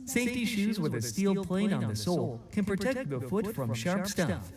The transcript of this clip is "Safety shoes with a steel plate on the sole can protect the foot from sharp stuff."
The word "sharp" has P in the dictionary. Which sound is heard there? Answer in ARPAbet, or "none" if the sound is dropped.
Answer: P